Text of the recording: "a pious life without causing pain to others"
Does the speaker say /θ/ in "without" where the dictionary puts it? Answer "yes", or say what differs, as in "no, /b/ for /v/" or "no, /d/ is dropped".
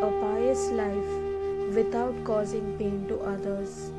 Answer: no, /t/ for /θ/